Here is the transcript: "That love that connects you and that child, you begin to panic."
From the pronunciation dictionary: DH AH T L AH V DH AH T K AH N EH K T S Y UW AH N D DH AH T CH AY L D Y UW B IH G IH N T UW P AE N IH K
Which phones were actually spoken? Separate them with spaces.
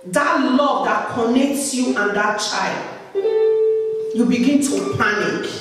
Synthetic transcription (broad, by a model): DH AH T L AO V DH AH T K AH N EH K T S Y UW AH N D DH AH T CH AY L D Y UW B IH G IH N T UW P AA N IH K